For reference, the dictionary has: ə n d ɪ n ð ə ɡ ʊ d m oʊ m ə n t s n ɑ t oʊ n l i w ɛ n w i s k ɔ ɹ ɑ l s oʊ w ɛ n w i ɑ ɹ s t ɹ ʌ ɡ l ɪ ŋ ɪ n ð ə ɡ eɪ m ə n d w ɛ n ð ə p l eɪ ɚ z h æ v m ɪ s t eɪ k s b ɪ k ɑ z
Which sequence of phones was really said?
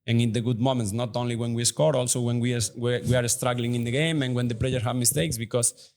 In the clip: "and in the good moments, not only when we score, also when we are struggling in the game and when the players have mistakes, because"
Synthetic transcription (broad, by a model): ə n ɪ n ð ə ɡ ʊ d m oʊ m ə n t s n ɑ t oʊ n l i w ɛ n w i s k ɔ ɹ ɑ l s oʊ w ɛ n w i ɑ ɹ s t ɹ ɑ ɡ l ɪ ŋ ɪ n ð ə ɡ eɪ m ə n w ɛ n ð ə p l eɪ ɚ h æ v m ɪ s t eɪ k s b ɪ k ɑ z